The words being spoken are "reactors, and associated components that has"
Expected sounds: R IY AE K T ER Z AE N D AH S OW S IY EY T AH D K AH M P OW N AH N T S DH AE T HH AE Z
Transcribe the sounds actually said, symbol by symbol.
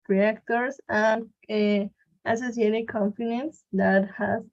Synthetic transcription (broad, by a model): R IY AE K T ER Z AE N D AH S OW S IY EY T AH K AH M F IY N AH N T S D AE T HH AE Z